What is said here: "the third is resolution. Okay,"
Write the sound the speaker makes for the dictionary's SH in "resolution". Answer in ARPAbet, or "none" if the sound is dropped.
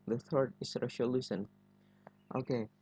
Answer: S